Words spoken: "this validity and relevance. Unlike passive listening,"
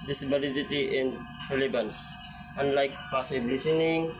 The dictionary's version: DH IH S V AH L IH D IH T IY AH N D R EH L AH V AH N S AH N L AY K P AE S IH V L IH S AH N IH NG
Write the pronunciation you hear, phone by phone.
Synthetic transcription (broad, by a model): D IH S B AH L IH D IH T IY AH N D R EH L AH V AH N S AH N L AY K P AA S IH B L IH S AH N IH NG